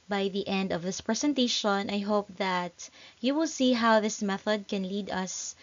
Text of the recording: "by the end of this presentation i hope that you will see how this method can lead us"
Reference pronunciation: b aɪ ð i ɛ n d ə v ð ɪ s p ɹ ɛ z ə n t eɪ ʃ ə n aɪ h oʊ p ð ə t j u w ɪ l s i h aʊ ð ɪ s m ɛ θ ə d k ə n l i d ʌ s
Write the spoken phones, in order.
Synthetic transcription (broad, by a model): b aɪ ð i ɛ n d ə v ð ɪ s p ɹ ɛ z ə n t eɪ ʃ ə n aɪ h oʊ p ð ə t j u w ɪ l s i h aʊ ð ɪ s m ɛ θ ə d k ə n l i d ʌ s